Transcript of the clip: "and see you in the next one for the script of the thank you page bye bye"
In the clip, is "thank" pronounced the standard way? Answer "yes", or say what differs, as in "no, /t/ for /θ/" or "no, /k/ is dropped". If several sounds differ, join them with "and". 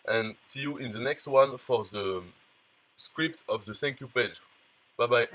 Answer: no, /s/ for /θ/